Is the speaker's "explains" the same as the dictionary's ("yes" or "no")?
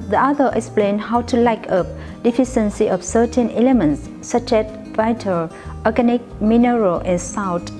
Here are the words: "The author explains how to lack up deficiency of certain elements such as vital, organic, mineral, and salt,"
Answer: no